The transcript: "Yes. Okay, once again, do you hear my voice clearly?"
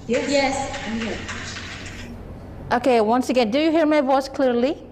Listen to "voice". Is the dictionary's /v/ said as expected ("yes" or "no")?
yes